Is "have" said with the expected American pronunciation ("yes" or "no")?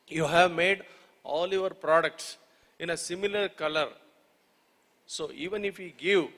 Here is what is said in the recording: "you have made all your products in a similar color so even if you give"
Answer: yes